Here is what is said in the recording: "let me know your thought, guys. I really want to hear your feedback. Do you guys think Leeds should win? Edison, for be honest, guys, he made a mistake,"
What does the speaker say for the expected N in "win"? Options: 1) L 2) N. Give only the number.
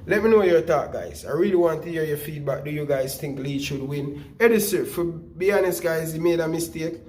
2